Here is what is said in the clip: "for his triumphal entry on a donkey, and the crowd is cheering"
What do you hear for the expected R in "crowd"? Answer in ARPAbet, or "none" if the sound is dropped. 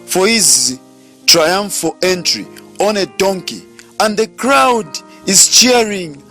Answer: R